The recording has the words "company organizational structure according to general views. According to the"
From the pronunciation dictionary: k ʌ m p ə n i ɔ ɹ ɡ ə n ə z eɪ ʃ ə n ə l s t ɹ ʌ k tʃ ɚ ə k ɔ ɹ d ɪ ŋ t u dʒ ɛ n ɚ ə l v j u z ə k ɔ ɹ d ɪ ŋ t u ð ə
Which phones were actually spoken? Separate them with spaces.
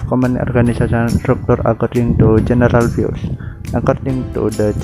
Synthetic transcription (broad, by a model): k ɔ m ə n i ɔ ɹ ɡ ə n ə s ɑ s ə ə n s t ɹ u k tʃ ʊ ə k ɔ ɹ d ɪ ŋ t u dʒ ɛ n ɚ ə l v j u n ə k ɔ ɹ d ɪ ŋ t u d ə